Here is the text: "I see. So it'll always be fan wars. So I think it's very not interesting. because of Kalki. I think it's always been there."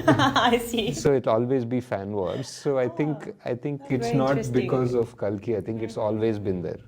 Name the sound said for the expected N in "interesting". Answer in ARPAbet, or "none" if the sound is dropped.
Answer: none